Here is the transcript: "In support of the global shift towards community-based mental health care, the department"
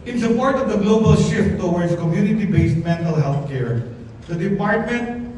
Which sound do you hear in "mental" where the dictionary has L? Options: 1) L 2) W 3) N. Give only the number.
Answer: 1